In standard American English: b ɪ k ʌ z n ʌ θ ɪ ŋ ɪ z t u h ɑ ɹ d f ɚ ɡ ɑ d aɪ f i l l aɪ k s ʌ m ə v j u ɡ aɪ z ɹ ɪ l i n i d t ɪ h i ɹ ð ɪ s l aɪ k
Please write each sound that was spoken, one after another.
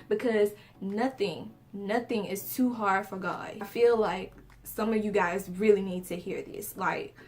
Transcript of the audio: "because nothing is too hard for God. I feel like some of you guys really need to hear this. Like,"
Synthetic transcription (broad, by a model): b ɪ k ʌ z n ʌ θ ɪ ŋ ɪ z t u h ɑ ɹ d f ɚ ɡ ɑ d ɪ f i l l aɪ k s ʌ m ə v j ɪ ɡ aɪ z ɹ ɪ l i n i d t ɪ h i ɹ ð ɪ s l aɪ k